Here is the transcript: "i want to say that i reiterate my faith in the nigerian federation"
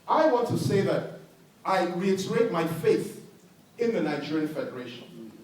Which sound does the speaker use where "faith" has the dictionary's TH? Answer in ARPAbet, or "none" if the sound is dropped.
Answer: TH